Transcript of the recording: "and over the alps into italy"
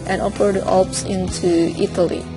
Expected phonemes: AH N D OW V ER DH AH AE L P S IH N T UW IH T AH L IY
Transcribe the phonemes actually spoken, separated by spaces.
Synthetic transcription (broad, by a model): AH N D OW P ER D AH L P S IH N T UW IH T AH L IY